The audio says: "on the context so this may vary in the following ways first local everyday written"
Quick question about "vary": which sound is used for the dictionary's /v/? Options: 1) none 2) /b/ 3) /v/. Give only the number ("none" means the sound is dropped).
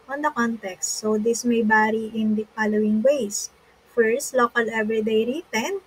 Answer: 2